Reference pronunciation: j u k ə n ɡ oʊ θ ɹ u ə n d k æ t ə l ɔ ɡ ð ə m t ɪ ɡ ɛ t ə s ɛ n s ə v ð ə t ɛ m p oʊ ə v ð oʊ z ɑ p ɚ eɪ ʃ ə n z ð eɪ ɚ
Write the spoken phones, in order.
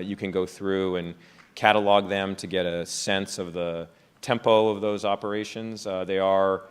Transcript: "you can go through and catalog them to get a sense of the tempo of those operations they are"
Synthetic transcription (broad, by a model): j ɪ k ə n ɡ oʊ θ ɹ u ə n k æ t ə l ɔ ɡ ð ə m t ɪ ɡ ɛ t ə s ɛ n s ə v ð ə t ɛ m p oʊ ə v ð oʊ z ɑ p ɚ eɪ ʃ ə n z ð eɪ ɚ